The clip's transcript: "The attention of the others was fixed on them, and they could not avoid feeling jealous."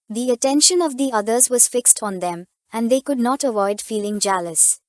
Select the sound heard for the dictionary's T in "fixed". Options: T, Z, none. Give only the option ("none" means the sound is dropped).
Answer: T